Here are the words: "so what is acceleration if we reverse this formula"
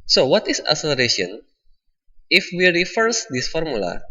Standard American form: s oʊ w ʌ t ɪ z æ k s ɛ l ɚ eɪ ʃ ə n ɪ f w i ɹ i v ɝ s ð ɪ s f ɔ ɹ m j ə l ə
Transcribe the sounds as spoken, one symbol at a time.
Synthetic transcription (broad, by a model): s oʊ w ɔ t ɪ s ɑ s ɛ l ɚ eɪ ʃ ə n ɪ f w i ɹ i f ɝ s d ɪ s f ɔ ɹ m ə l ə